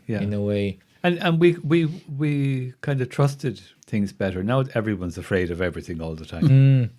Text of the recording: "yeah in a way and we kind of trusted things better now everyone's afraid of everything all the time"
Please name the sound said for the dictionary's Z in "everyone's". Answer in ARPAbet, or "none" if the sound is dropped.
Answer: Z